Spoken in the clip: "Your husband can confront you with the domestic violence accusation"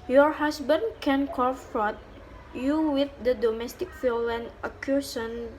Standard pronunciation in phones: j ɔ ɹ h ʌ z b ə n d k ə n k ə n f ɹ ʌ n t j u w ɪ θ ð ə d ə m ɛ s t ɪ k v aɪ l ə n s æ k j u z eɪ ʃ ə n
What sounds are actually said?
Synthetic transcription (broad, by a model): j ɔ ɹ h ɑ s b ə n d k ə n k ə f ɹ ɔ t j u w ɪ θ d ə d ə m ɛ s t ɪ k f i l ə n ʌ k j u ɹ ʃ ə n